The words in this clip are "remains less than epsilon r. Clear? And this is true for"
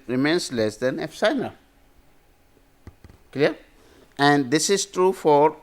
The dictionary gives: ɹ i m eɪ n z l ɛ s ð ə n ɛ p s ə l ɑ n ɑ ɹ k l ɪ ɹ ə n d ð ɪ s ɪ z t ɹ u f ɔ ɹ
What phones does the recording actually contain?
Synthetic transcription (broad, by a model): ɹ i m eɪ n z l ɛ s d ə n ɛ f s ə ɪ n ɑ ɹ k l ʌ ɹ ə n d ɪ s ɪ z t ɹ u f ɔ ɹ